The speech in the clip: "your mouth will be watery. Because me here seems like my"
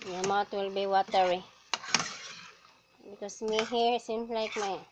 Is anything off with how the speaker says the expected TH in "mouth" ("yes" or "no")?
yes